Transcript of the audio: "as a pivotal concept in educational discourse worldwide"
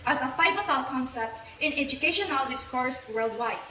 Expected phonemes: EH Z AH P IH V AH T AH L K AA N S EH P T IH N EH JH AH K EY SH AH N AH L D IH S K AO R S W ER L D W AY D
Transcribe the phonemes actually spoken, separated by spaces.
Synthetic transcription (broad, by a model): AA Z AH F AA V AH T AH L K AA N S EH P T IH N EH JH AH K EY SH AH N AH L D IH S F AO R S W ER L D W AY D